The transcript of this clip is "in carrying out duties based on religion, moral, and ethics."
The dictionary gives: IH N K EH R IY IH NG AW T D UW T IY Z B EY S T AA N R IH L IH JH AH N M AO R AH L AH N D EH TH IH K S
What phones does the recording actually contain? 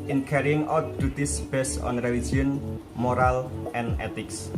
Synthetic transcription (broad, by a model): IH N K EH R IY IH NG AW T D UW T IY S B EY S AA N R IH L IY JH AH N M AO R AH L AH N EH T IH K S